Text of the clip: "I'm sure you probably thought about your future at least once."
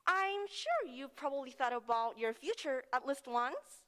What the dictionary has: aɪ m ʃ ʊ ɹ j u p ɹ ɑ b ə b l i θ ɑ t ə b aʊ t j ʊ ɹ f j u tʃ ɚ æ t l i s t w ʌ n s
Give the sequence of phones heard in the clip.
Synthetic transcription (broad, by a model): aɪ m ʃ ʊ ɹ j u p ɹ ɑ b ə b l i θ ɑ t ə b aʊ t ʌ ɹ f j u tʃ ɚ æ t l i s t w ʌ n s